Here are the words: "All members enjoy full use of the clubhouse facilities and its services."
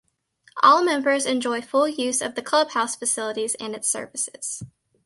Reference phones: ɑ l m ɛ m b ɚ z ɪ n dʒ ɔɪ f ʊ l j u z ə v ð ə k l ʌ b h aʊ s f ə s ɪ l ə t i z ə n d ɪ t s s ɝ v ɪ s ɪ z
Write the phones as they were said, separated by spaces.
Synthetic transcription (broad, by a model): ɑ l m ɛ m b ɚ z ɪ n dʒ ɔɪ f ʊ l j u z ə v ð ə k l ʌ b h aʊ s f ə s ɪ l ə t i z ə n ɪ t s s ɝ v ɪ s ɪ z